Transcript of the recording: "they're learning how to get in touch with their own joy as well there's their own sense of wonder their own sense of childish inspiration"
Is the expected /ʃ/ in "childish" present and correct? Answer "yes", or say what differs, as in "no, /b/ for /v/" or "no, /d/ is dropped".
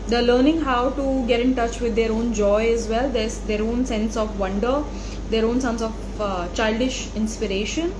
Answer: yes